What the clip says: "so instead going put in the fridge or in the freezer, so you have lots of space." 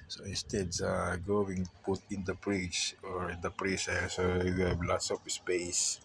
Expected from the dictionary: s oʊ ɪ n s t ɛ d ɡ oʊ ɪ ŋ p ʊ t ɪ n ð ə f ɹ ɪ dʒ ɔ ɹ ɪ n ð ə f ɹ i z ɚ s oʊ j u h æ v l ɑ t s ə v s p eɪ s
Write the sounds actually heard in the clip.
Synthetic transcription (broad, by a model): s oʊ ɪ n s t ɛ d ɡ oʊ ɪ ŋ p ʊ t ɪ n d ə p ɹ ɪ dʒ ɔ ɹ ɪ n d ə p ɹ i s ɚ s oʊ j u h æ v l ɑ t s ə p s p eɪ s